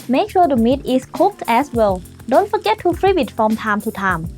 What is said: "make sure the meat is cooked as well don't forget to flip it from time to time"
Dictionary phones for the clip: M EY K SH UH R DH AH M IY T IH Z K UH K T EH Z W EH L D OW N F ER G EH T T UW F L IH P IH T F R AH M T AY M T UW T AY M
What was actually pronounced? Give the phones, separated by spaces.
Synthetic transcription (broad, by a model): M EY K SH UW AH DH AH M IY T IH S K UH K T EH S W EH L D OW N F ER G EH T T UW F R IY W IH T F R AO M T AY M T UW T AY M